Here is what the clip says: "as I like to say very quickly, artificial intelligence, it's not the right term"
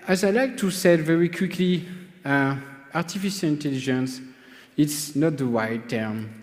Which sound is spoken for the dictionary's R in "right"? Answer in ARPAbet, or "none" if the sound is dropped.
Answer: W